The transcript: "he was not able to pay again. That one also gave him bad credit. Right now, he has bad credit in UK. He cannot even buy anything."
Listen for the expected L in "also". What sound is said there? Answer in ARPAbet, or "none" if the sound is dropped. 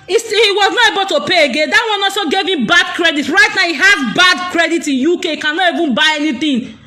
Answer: none